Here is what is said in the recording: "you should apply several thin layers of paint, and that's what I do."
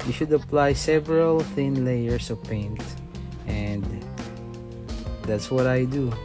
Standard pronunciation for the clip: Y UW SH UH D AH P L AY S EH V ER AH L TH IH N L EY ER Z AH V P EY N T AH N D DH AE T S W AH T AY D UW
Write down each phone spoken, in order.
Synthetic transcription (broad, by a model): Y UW SH UH D AH P L AY S EH V ER AH L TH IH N L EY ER S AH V P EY N T AH N D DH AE T S W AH T AY D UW